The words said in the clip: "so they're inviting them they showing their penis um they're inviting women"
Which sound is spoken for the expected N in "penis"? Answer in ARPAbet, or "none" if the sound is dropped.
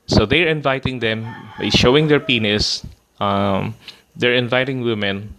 N